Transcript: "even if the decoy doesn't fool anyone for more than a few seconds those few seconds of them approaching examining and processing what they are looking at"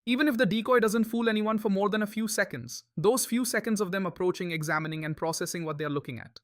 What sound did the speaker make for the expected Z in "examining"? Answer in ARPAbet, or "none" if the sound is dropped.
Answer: Z